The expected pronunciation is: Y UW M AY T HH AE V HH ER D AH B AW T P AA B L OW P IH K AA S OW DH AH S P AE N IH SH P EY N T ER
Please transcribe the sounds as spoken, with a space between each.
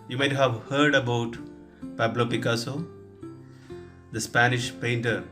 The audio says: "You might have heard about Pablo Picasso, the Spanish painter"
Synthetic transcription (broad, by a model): Y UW M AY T HH AE V HH ER D AH B AW T P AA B L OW P IH K AA S OW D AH S P AE N IH SH P EY N T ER